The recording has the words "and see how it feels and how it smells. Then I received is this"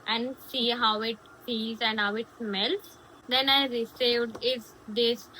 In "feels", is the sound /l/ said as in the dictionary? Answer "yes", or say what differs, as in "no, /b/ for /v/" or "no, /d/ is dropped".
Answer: no, /l/ is dropped